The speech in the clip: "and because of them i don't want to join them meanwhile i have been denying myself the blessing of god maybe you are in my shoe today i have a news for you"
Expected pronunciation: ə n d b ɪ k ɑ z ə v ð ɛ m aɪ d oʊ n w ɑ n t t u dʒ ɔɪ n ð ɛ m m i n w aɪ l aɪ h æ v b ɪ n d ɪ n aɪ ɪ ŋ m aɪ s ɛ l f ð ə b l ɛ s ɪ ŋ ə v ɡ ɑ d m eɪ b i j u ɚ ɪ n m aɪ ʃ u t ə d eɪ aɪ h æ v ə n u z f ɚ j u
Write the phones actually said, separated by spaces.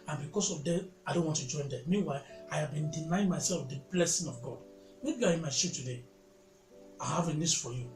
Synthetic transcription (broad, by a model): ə n b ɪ k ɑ s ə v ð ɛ aɪ d oʊ n w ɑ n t t u dʒ ɔɪ n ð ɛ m m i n w aɪ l aɪ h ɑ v b ɪ n d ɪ n aɪ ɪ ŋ m aɪ s ɛ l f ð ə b l ɛ s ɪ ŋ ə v ɡ ɑ d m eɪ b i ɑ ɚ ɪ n m aɪ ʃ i t ə d eɪ aɪ h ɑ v ə n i s f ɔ j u